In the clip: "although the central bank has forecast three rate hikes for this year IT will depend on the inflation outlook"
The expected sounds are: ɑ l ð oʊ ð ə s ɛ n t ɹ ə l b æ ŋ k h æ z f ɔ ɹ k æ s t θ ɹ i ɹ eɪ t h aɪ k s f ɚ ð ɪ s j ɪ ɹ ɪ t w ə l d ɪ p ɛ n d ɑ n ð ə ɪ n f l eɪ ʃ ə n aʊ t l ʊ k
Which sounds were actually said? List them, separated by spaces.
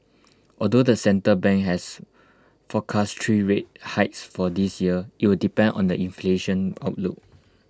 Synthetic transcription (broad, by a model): ɑ l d oʊ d ə s ɛ n t ə b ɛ ŋ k h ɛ s f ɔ k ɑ s t ɹ i ɹ eɪ t h aɪ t s f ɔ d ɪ s j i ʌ ɪ t w ə l d ɪ p ɛ n d ɑ n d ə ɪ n f l eɪ ʃ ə n aʊ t l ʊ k